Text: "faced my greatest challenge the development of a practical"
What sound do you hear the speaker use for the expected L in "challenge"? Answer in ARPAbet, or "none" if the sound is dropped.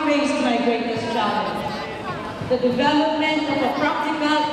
none